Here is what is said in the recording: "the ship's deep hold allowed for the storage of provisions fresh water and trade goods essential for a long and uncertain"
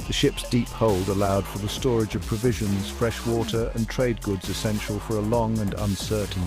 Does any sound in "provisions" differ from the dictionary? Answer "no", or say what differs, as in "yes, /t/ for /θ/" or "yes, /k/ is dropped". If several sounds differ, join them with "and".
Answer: no